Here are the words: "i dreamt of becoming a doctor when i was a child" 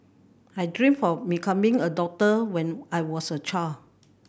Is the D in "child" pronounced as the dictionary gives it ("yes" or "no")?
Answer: no